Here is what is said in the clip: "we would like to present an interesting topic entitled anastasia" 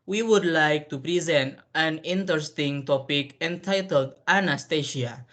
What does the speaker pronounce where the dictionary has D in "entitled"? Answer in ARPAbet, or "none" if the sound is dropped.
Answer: D